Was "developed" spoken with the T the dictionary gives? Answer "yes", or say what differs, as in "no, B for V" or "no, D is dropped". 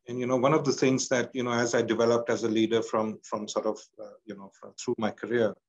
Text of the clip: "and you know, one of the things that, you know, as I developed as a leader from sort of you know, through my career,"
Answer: yes